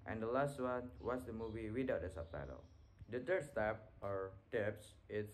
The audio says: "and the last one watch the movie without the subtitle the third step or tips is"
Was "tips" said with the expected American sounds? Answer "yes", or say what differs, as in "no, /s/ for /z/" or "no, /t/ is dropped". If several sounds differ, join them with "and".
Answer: yes